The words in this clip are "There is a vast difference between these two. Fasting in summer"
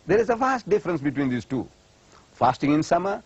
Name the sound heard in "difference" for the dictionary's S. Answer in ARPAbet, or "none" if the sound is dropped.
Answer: S